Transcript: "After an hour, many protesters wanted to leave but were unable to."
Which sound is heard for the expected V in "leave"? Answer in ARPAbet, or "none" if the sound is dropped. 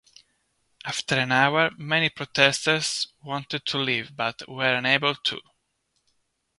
V